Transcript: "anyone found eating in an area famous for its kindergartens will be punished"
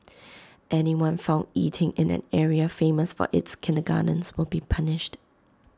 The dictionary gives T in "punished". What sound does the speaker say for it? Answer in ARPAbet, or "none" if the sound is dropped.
T